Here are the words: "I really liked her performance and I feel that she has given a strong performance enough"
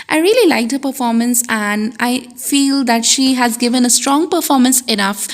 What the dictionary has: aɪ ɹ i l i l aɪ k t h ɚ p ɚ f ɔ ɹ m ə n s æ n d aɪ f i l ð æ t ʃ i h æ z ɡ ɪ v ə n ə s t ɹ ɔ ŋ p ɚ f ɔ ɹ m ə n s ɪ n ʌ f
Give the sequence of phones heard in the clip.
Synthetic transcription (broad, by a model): aɪ ɹ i l i l aɪ k t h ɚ p ɚ f ɔ ɹ m ə n s æ n d aɪ f i l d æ t ʃ i h æ z ɡ ɪ v ə n ə s t ɹ ɔ ŋ p ɚ f ɔ ɹ m ə n s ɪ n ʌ f